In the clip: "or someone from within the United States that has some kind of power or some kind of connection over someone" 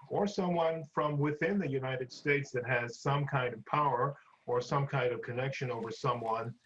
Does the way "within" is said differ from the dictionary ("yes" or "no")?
no